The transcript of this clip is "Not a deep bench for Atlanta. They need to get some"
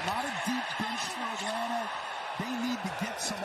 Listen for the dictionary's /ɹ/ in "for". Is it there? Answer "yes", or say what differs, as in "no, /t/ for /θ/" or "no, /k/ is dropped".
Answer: no, /w/ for /ɹ/